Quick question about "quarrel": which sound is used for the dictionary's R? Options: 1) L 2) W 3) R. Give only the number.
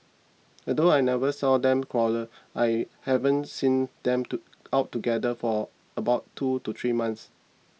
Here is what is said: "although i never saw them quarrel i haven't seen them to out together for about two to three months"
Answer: 1